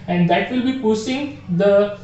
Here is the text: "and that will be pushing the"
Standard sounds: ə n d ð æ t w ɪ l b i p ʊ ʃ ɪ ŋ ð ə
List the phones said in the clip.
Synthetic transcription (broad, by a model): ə n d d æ t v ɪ l b i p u s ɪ ŋ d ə